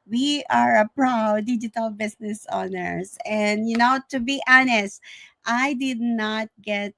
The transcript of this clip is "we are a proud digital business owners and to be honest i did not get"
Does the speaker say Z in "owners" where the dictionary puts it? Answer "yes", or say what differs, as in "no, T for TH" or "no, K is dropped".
no, S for Z